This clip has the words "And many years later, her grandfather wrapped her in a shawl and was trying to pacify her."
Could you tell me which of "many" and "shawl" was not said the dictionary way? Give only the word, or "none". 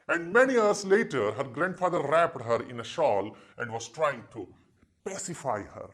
none